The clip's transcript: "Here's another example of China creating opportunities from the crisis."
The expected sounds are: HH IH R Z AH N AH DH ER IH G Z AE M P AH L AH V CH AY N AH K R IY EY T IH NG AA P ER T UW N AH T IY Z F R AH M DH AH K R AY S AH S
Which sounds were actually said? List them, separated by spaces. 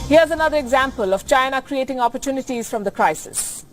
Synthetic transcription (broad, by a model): HH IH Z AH N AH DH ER IH G Z AE M P AH L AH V CH AY N AH K R IY EY T IH NG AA P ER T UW N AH T IY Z F R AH M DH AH K R AY S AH S